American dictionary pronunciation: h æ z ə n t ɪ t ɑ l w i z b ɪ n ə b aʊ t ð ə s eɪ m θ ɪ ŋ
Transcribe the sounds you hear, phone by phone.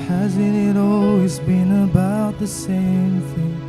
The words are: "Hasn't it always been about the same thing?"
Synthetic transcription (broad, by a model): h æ z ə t ɪ t ɑ l w i z b ɪ n ə b aʊ t ð ə s eɪ m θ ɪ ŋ